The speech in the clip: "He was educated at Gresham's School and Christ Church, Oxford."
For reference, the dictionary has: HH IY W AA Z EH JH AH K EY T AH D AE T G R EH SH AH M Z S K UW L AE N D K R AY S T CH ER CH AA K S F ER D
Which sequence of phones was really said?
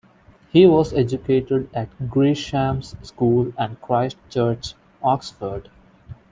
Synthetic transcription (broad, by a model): HH IY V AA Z EH JH AH K EY T AH D AE T G R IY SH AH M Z S K UW L AE N D K R AY S T CH ER CH AA K S F ER D